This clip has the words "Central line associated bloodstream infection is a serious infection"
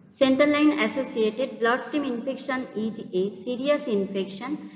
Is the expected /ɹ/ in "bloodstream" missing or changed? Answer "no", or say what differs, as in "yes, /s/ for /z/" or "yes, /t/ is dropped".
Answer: yes, /ɹ/ is dropped